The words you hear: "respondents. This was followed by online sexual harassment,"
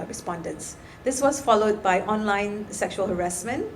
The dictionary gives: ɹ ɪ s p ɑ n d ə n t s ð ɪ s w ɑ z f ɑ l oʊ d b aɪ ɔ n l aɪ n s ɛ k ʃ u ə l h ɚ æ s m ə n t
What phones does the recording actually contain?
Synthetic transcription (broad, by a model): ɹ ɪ s p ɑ n d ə n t s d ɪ s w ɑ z f ɑ l oʊ d b aɪ ɔ n l aɪ n s ɛ k ʃ u ə l h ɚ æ s m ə n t